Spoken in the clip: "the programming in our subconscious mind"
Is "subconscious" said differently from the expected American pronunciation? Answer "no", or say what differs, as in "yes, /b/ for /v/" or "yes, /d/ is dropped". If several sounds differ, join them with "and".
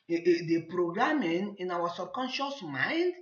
no